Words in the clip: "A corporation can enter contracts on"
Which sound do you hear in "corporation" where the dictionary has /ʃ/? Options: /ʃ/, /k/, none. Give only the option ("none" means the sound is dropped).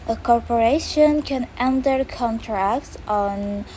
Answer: /ʃ/